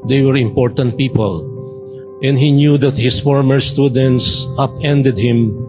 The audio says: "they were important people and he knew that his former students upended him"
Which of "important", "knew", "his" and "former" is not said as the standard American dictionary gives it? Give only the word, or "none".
his